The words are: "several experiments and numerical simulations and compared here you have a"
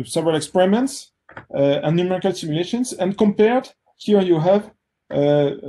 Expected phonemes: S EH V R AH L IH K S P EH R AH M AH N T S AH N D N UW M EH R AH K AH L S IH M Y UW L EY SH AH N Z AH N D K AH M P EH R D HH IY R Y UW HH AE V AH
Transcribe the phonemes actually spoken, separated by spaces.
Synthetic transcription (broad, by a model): S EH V R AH L IH K S P EH R AH M AH N T S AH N N UW M EH R AH K AH L S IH M Y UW L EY SH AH N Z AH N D K AH M P EH R D HH IY R Y UW HH AE V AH